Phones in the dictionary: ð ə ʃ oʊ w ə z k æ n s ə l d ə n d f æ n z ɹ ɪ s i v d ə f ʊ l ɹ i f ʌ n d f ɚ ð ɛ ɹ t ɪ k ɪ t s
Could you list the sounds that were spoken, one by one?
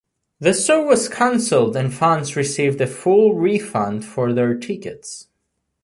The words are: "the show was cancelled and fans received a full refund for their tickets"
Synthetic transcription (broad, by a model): ð ə s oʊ w ə z k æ n s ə l d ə n f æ n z ɹ ɪ s i v d ə f ʊ l ɹ i f ʌ n d f ɚ ð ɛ ɹ t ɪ k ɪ t s